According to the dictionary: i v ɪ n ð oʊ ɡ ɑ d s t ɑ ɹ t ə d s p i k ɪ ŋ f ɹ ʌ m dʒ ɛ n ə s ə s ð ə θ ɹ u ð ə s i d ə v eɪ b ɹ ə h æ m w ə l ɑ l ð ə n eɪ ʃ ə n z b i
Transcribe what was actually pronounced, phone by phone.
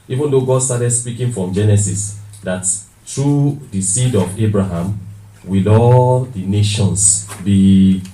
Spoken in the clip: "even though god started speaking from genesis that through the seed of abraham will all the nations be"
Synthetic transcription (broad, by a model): i v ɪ n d oʊ ɡ ɑ d s t ɑ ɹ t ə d s p i k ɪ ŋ f ɹ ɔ m dʒ ɛ n ə s ə s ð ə t ɹ u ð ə s i d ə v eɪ b ɹ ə h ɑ m w ə l ɑ l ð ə n eɪ ʃ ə n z b i